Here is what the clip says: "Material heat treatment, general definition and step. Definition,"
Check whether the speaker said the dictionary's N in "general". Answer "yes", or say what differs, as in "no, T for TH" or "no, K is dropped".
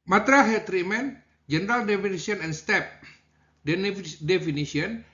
yes